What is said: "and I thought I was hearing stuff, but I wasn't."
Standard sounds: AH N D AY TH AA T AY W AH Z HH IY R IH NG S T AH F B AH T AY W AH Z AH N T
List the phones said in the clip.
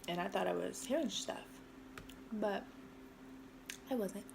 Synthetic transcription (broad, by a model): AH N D AY TH AA T AY W AH Z HH IY R IH NG S T AH F B AH T AY W AH Z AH N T